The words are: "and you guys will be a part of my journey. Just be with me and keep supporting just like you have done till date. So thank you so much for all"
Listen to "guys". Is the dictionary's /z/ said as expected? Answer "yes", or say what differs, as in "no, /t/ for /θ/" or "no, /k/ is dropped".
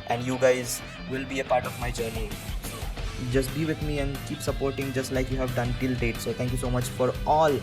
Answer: yes